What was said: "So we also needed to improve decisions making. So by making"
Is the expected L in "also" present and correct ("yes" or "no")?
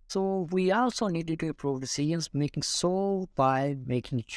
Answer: yes